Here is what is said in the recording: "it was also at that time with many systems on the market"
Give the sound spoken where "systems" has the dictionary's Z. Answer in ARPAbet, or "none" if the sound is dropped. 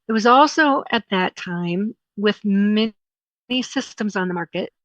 Z